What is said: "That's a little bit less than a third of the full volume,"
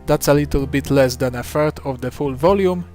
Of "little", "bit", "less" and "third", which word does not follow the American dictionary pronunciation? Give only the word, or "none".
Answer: third